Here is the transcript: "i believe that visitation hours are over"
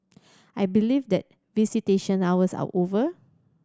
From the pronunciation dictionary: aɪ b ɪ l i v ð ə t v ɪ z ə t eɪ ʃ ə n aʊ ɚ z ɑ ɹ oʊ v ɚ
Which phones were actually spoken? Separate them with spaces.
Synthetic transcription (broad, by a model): aɪ b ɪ l i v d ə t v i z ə t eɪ ʃ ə n aʊ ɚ s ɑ w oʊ v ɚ